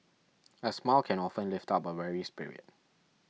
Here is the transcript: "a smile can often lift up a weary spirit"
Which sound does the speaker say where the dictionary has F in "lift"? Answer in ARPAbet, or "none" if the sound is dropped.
F